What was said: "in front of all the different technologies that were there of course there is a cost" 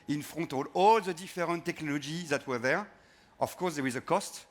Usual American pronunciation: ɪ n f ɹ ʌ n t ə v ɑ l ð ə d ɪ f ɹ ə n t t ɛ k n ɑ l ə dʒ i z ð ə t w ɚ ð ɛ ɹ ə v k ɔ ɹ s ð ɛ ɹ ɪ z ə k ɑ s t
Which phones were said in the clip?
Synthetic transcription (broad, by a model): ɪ n f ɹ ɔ t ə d ɑ l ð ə d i f ɹ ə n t t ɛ k n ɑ l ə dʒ i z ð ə t w ɚ ð ɛ ɹ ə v k ɔ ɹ s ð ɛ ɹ ɪ z ə k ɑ s t